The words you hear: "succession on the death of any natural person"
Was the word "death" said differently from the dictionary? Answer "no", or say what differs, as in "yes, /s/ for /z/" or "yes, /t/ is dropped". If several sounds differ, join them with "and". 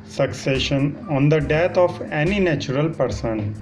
yes, /t/ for /θ/